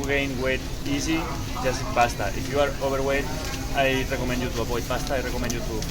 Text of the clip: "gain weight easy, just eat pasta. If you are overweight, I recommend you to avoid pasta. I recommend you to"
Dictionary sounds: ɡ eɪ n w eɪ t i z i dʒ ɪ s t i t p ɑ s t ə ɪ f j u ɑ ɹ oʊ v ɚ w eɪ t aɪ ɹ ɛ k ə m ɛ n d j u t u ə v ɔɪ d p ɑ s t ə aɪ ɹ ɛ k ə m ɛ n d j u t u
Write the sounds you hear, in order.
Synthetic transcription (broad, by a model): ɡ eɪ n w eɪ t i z i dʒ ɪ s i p ɑ s t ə ɪ f j u ɑ ɹ oʊ b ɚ w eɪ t aɪ ɹ ɛ k ə m ɛ n d j u t u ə p ɔɪ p ɑ s t aɪ ɹ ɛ k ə m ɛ n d j u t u